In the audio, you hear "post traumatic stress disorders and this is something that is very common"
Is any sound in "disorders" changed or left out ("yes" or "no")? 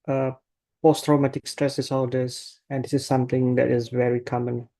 yes